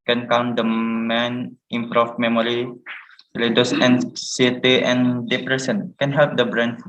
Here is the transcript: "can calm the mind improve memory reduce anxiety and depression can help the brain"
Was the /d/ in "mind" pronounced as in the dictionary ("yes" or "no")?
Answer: no